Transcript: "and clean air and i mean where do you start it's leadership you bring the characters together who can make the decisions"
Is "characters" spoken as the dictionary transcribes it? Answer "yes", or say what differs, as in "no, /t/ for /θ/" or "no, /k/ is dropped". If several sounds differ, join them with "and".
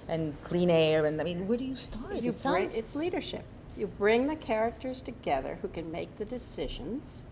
yes